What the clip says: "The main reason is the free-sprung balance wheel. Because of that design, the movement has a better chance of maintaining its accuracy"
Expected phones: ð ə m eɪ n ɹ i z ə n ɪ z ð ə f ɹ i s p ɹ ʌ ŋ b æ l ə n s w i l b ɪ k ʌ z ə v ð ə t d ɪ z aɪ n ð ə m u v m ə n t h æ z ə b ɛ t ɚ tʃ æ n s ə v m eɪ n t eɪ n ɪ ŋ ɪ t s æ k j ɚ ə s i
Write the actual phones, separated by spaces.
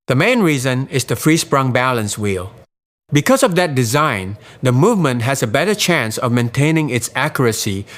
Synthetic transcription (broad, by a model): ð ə m eɪ n ɹ i z ə n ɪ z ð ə f ɹ i s p ɹ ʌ ŋ b æ l ə n s w i l b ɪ k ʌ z ə v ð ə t d ɪ z aɪ n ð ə m u v m ə n t h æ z ə b ɛ t ɚ tʃ æ n s ə v m eɪ n t eɪ n ɪ ŋ ɪ t s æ k j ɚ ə s i